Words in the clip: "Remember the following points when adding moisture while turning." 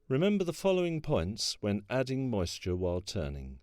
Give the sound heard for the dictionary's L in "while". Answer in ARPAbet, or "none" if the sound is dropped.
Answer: L